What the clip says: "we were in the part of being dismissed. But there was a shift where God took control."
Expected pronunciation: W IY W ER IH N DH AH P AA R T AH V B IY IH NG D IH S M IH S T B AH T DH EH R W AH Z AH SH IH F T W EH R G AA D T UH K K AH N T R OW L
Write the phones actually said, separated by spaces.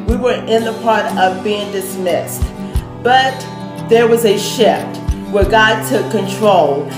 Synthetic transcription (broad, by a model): W IY W ER IH N DH AH P AA R T AH V B IY IH NG D IH S M IH S T B AH T DH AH R W AH Z AH SH IH F T W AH R G AA D T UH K K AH N T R OW L